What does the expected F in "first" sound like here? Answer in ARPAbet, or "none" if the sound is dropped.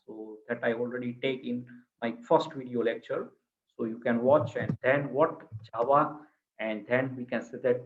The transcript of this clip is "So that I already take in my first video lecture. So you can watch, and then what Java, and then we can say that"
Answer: F